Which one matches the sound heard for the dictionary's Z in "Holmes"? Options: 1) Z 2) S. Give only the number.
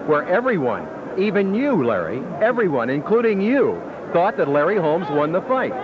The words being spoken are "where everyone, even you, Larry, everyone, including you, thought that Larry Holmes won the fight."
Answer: 1